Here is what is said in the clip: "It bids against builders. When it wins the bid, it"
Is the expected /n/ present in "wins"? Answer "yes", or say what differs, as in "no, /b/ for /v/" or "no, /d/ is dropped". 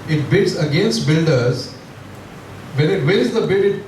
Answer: no, /n/ is dropped